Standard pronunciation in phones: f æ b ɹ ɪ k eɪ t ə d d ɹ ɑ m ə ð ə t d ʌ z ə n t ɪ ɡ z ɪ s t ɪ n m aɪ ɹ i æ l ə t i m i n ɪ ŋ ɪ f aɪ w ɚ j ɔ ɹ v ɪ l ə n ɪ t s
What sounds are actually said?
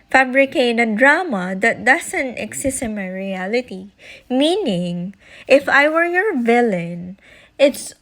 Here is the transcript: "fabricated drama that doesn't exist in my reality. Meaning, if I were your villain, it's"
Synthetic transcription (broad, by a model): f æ b ɹ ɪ k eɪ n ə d d ɹ ɑ m ə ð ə t d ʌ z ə n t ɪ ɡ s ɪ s ɪ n m aɪ ɹ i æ l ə t i m i n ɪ ŋ ɪ f aɪ w ɚ j ɔ ɹ v ɪ l ə n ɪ t s